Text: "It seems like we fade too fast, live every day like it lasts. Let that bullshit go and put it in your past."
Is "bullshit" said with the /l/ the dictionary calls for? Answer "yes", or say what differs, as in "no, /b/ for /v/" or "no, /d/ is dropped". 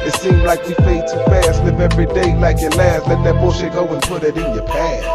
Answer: no, /l/ is dropped